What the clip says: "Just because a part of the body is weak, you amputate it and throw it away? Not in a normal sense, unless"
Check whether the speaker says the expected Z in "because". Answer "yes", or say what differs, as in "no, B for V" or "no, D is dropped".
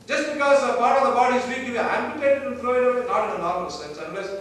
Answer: yes